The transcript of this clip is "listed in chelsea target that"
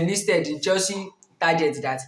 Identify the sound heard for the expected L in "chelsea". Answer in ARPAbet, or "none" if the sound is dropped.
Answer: none